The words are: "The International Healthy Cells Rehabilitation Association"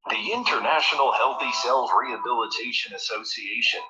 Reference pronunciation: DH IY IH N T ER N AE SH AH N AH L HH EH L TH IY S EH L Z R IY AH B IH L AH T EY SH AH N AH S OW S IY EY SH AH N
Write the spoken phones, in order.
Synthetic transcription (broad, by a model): DH IY IH N T ER N AE SH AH N L HH EH L TH IY S EH L Z R IY AH B IH L AH T EY SH AH N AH S OW S IY EY SH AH N